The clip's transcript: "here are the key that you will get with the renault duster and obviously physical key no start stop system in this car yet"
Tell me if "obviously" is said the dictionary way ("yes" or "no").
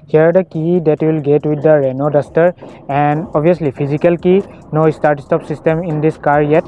no